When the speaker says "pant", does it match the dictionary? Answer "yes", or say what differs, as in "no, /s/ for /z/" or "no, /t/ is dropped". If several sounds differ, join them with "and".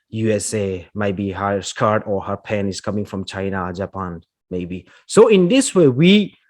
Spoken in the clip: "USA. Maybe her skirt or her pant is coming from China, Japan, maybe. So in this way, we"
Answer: no, /t/ is dropped